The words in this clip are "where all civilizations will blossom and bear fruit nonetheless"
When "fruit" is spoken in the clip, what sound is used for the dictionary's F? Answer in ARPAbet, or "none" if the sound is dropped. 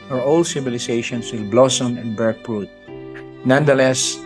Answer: P